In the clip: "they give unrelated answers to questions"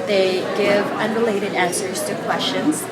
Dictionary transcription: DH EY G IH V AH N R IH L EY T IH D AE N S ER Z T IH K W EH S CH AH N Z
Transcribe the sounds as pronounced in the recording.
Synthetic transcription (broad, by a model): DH EY G IH V AH N R IH L EY T IH D AE N S ER Z T IH K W EH S CH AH N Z